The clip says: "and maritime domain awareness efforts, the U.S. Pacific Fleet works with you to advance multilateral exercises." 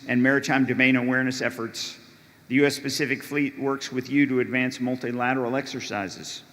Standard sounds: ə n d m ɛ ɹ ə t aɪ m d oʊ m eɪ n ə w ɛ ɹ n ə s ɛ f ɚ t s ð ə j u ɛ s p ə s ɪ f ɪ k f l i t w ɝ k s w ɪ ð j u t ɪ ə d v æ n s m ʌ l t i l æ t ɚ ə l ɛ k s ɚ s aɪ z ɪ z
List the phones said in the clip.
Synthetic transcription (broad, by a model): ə n m ɛ ɹ ə t aɪ m d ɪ m eɪ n ə w ɛ ɹ n ə s ɛ f ɚ t s ð ə j u ɛ s p ə s ɪ f ɪ k f l i t w ɝ k s w ɪ ð j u t ɪ ə d v æ n s m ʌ l t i l æ t ɚ l ɛ k s ɚ s aɪ z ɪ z